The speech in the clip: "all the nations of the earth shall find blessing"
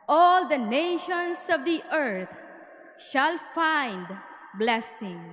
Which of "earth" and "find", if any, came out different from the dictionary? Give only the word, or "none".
earth